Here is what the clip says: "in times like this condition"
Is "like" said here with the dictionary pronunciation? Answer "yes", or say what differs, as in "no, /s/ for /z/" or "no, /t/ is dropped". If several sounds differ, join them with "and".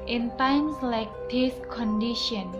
yes